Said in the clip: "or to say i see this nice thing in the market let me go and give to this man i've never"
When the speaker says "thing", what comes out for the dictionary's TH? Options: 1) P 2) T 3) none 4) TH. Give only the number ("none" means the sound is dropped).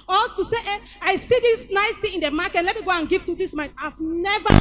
2